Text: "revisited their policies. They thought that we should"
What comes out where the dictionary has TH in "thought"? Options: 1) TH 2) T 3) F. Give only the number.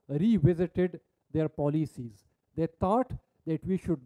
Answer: 2